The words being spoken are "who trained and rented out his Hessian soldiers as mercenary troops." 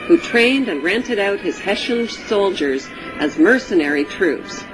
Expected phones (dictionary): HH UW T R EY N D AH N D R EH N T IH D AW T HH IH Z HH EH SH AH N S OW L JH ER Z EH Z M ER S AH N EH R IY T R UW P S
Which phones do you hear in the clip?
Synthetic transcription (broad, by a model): HH UW T R EY N D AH N R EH N T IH D AW T HH IH Z HH EH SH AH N S OW L JH ER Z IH Z M ER S AH N EH R IY T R UW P S